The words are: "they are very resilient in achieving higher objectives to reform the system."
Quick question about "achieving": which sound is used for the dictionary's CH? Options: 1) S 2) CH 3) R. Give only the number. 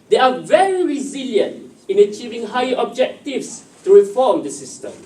2